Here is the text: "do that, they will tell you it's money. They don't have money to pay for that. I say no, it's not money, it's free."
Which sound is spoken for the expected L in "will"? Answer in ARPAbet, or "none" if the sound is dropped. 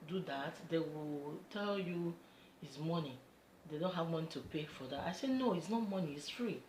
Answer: L